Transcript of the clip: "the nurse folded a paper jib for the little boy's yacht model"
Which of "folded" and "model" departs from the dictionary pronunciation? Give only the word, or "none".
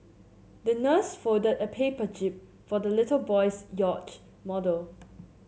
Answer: folded